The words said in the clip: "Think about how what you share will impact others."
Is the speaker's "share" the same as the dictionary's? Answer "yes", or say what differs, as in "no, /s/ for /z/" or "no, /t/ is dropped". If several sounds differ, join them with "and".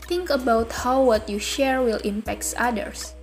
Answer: yes